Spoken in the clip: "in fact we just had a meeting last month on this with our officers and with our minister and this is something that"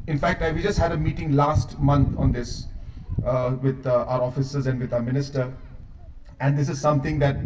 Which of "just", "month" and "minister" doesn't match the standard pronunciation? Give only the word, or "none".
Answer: month